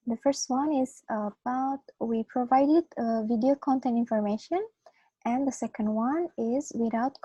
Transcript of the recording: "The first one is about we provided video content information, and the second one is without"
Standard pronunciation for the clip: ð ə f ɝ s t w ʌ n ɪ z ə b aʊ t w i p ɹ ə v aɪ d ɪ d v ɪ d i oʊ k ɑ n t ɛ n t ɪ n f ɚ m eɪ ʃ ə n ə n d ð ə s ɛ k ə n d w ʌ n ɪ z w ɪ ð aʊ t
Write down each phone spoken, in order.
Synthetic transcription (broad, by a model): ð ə f ɝ s t w ʌ n ɪ z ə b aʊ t w i p ɹ ə v aɪ d ɪ d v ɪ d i oʊ k ɑ n t ɛ n t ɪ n f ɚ m eɪ ʃ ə n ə n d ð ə s ɛ k ə n d w ʌ n ɪ z w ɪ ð aʊ t